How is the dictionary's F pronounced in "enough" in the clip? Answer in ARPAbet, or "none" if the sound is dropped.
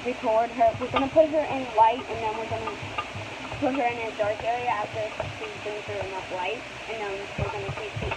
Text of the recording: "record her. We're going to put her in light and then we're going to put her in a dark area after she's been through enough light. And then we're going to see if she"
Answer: P